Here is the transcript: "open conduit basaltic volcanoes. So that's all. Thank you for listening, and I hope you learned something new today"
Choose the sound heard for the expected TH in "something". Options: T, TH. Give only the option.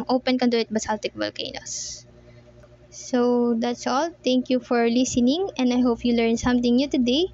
T